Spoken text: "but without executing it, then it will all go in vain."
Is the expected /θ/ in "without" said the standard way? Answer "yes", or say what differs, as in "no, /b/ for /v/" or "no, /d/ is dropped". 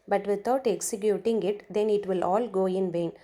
no, /t/ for /θ/